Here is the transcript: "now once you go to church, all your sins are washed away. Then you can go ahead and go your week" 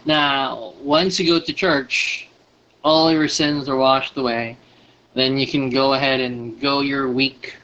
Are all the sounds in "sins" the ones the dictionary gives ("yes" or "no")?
yes